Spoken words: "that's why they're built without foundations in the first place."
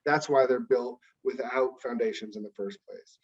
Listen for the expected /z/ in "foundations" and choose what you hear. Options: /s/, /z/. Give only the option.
/z/